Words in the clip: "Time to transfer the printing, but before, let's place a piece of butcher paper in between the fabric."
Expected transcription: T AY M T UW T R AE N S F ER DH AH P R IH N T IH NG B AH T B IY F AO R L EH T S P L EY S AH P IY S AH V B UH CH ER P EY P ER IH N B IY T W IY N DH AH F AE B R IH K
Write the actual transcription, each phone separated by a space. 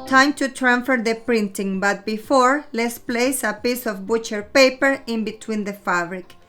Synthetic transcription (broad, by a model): T AY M T UW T R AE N F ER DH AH P R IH N T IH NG B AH T B IY F AO R L EH T S P L EY S AH P IY S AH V B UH CH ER P EY P ER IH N B IY T W IY N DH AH F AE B R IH K